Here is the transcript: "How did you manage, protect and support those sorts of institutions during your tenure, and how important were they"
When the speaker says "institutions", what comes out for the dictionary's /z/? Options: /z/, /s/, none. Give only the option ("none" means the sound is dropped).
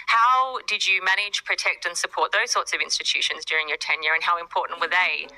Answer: /z/